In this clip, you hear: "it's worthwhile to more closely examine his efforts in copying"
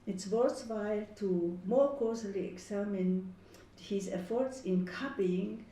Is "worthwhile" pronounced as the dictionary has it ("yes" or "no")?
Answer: no